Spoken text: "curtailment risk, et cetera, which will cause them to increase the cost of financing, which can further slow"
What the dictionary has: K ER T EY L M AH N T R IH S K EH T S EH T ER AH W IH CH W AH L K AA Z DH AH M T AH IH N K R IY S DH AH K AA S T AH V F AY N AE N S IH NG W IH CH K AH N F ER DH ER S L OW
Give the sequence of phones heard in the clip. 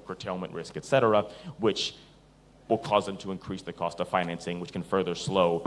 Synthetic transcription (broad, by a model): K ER T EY L M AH N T R IH S K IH T S EH T ER AH W IH CH W AH L K AA Z DH AH M T AH IH N K R IY S DH AH K AA S T AH V F AY N AE N S IH NG W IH CH K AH N F ER DH ER S L OW